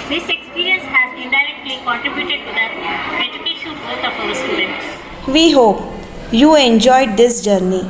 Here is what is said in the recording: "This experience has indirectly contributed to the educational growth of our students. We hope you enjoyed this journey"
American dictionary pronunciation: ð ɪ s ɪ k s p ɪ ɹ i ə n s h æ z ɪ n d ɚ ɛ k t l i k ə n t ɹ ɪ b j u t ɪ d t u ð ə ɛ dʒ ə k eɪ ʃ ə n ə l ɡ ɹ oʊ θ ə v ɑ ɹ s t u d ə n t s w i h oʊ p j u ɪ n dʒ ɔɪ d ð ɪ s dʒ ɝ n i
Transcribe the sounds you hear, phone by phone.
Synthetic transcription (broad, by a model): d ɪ s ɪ k s p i ɹ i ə n s h æ z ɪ n d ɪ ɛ k t l i k ə n t ɹ ɪ b j u t ɪ d t u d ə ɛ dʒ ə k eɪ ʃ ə ə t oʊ f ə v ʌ s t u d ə n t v i h oʊ p j u ɪ n dʒ ɔɪ d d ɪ s dʒ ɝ n i